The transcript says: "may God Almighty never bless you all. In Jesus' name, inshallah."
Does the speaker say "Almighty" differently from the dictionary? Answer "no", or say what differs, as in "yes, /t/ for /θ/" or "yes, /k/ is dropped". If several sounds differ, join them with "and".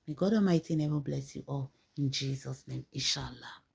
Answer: yes, /l/ is dropped